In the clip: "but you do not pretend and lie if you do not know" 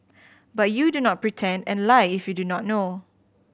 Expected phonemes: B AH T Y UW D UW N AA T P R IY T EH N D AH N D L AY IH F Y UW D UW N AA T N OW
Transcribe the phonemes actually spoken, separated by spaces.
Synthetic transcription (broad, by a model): B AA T Y UW D UW N AA T P R IY T EH N D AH N L AY IH F Y UW D UW N AA T N OW